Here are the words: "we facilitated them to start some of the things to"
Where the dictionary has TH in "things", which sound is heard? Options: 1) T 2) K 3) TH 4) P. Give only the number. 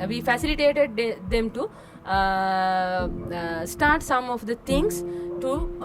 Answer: 1